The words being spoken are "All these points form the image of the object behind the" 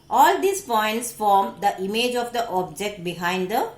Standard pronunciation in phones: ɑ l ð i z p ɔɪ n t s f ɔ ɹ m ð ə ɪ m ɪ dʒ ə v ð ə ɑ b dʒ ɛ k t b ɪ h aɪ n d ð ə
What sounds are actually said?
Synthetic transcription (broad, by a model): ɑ l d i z p ɔɪ n t s f ɔ ɹ m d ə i m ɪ dʒ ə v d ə ɑ b dʒ ɛ k t b ɪ h aɪ n d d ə